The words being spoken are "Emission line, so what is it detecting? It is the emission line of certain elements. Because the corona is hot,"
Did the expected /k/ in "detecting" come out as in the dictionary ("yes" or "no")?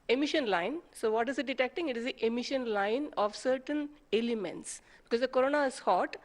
yes